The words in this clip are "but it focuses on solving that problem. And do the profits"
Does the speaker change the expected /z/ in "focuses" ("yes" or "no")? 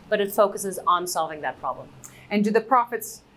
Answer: no